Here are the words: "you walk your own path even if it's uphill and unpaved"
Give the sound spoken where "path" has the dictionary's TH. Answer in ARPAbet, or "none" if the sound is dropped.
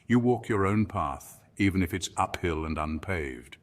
TH